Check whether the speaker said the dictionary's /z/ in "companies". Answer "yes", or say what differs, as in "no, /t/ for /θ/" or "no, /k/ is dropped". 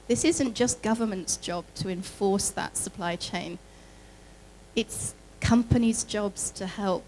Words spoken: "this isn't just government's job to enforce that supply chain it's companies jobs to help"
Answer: yes